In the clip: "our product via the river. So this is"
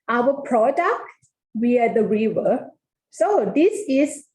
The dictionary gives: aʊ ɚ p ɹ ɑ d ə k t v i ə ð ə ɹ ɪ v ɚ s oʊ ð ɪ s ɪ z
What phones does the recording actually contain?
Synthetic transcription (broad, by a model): aʊ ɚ p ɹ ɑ d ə k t w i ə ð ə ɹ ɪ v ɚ s oʊ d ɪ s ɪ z